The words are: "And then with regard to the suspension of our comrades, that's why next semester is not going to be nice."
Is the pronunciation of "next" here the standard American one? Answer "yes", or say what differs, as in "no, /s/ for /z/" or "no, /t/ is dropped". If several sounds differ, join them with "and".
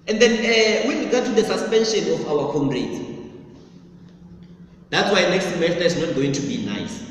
yes